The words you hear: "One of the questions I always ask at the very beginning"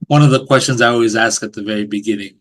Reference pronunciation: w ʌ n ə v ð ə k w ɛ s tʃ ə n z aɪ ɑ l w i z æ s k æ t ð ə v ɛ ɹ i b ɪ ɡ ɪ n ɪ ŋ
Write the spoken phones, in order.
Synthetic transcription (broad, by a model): w ʌ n ə v ð ə k w ɛ s tʃ ə n z aɪ ɑ l w i z æ s k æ t ð ə v ɛ ɹ i b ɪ ɡ ɪ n ɪ ŋ